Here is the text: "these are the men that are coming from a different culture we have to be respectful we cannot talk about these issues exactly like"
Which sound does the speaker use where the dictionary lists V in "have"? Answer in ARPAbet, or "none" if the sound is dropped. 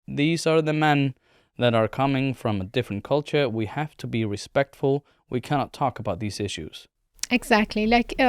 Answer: F